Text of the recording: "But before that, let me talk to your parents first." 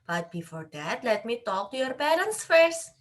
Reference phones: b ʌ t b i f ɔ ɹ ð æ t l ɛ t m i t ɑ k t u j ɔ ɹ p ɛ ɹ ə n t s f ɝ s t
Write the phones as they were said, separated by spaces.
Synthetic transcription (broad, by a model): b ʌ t b i f ɔ ɹ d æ t l ɛ t m i t ɑ k t u j ɔ ɹ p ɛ l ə n s f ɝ s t